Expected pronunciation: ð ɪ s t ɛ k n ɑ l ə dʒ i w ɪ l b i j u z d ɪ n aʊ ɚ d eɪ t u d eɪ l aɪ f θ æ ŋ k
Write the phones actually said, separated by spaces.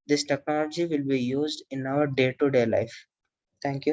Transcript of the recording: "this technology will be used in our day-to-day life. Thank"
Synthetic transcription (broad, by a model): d ɪ s t ɛ k n ɑ l ə dʒ i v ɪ l b i j u z d ɪ n aʊ ɚ d eɪ t u d eɪ l aɪ f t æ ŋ k